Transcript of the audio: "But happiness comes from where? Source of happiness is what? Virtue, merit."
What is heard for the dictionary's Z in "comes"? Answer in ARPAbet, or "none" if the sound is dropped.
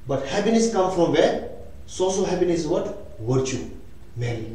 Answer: none